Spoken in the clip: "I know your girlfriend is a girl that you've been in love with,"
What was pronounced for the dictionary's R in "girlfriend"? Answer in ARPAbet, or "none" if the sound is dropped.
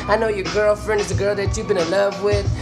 R